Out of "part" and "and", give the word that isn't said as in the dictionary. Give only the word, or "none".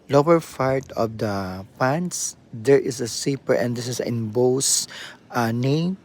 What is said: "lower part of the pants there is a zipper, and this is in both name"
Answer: part